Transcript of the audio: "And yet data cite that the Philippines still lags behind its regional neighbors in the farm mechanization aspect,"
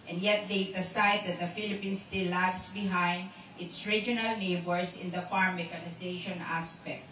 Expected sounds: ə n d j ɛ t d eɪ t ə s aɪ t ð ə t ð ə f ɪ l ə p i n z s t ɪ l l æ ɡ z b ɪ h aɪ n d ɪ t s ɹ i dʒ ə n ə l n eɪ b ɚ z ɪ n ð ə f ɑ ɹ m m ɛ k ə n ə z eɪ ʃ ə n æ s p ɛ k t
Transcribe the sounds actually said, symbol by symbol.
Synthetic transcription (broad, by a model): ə n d j ɛ t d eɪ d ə s aɪ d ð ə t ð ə f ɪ l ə p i n s t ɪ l l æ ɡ s b ɪ h aɪ n d ɪ t s ɹ i dʒ ə n ə l n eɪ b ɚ s ɪ n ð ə f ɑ ɹ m m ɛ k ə n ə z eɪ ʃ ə n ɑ s p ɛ k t